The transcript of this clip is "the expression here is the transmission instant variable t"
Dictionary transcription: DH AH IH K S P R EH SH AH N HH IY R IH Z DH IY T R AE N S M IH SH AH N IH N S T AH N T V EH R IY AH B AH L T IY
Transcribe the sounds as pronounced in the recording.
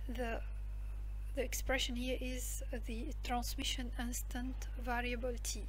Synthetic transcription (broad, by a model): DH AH IH K S P R EH SH AH N HH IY R IH Z DH IY T R AE N S M IH SH AH N IH N S T AH N T V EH R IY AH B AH L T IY